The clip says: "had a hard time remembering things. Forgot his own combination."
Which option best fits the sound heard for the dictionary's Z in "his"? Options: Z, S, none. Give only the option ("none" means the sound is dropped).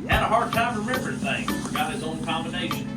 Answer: Z